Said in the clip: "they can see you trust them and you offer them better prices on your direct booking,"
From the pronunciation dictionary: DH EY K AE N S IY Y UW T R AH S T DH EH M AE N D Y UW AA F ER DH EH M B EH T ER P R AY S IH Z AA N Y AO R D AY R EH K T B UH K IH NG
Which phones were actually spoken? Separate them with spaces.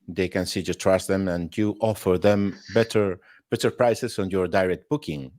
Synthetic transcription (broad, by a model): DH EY K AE N S IY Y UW T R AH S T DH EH M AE N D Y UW AA F ER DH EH M B EH T ER P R AY S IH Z AA N Y AO R D AY R EH K T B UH K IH NG